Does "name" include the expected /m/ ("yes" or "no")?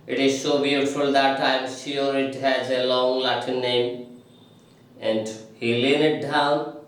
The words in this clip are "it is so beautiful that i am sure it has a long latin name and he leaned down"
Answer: yes